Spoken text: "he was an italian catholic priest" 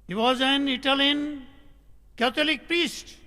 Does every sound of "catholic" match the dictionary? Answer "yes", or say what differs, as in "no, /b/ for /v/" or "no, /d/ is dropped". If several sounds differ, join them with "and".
no, /t/ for /θ/